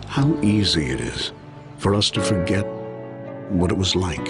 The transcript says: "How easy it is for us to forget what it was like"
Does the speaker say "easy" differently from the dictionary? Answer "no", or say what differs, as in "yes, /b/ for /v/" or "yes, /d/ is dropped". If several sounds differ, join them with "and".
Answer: no